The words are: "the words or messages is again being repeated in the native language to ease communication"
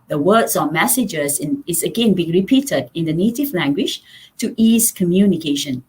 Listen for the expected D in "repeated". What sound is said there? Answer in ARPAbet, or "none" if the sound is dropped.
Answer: D